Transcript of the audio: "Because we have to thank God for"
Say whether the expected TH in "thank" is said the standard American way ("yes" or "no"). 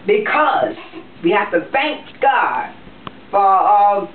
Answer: yes